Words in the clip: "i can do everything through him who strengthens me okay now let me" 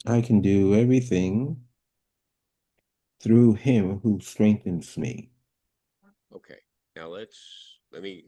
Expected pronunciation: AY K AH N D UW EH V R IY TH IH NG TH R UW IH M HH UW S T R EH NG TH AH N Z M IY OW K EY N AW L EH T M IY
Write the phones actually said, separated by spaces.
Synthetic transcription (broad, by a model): AY K N D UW EH V R IY TH IH NG TH R UW IH M HH UW S T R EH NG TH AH N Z M IY OW K EY N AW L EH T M IY